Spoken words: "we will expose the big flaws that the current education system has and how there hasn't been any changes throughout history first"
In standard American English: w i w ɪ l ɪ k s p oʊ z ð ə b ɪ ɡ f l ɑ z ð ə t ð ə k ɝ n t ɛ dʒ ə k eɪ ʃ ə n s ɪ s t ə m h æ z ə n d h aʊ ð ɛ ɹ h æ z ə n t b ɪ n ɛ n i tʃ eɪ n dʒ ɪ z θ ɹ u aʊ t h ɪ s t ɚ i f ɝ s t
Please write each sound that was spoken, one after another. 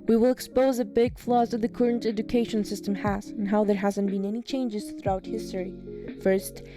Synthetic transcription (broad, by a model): w i w ɪ l ɪ k s p oʊ z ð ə b ɪ ɡ f l ɑ z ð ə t ð ə k ɝ n t ɛ dʒ ə k eɪ ʃ ə n s ɪ s t ə m h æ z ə n h aʊ ð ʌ ɹ h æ z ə n b ɪ n ɛ n i tʃ eɪ n dʒ ɪ z θ ɹ u aʊ t h ɪ s t ɚ i f ɝ s t